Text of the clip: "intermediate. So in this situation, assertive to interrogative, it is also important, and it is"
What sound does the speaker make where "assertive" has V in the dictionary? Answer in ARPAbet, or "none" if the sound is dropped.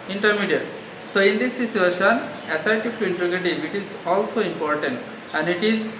P